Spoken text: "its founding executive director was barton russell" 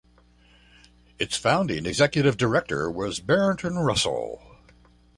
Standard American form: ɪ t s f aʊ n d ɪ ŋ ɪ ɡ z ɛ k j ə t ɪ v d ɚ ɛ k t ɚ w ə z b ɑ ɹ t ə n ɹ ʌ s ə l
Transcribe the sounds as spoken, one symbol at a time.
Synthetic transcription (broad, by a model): ɪ t s f aʊ n d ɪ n ɪ ɡ z ɛ k j ə t ɪ v d ɚ ɛ k t ɚ w ə z b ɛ ɹ t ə n ɹ ʌ s l